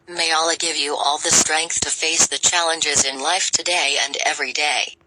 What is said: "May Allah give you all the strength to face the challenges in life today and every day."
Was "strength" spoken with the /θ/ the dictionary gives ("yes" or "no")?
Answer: yes